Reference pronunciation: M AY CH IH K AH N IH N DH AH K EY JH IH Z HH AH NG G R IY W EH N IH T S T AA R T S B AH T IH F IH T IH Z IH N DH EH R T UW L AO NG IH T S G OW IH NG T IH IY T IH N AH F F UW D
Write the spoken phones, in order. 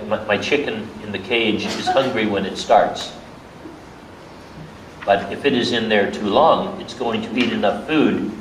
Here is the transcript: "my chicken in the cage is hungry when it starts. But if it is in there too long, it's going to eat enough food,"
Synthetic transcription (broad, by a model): M AY CH IH K AH N IH N DH AH K EY JH IH Z HH AH NG G R IY W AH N IH T S T AA R T S B AH T IH F IH T IH Z IH N DH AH R T UW L AO NG IH T S G OW IH NG T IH IY T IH N AH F F UW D